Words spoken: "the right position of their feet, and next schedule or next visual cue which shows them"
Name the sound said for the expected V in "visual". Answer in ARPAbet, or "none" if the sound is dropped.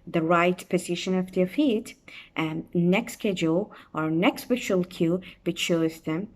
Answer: P